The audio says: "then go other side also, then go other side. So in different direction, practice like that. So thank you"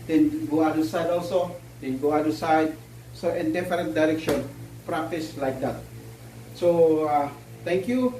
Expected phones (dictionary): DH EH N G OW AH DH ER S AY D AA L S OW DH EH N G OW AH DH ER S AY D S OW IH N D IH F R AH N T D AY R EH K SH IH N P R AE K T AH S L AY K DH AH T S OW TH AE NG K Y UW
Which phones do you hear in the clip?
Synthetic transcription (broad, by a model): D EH N G OW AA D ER S AY D AA L S OW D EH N G OW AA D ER S AY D S OW IH N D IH F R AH N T D AY R EH K SH IH N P R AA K T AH S L AY K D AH T S OW T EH NG K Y UW